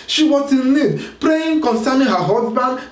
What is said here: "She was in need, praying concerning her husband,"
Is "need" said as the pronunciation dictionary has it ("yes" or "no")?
no